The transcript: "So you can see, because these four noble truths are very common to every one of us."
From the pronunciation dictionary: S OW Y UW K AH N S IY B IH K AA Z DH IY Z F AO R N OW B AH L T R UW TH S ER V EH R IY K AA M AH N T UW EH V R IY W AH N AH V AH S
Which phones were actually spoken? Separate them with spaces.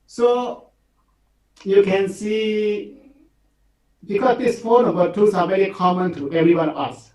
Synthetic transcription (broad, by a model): S OW Y UW K AH N S IY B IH K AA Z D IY S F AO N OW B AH T UW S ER V EH R IY K AA M AH N T UW EH V R IY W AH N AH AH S